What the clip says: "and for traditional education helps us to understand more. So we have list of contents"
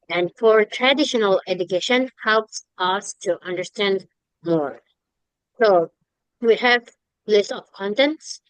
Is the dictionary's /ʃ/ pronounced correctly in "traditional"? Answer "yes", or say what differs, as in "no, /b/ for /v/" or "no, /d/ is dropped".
yes